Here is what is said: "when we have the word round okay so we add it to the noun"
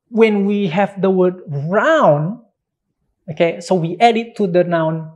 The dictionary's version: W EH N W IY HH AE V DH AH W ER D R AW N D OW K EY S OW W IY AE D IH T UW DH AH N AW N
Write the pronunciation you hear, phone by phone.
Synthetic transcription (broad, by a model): W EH N W IY HH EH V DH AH W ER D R AW N OW K EY S OW W IY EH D IH T UW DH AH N AW N